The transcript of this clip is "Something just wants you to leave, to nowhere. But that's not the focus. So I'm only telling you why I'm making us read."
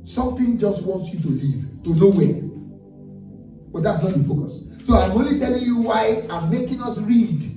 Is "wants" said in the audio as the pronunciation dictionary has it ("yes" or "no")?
yes